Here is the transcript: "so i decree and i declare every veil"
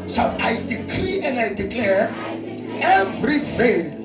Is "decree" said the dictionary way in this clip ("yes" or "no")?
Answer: yes